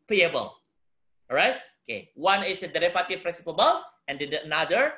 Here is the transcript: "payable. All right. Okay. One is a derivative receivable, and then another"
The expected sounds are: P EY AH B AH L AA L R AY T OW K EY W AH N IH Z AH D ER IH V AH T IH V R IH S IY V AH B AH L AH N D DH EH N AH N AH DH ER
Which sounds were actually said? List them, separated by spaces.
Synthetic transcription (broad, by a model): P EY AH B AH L L R AY T OW K EY W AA N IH S AH D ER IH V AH T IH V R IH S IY P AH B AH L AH N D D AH AH N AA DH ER